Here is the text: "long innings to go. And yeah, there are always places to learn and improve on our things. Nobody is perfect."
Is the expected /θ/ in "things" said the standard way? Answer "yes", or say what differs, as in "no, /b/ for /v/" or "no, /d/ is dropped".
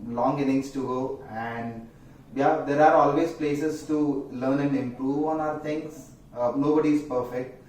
no, /t/ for /θ/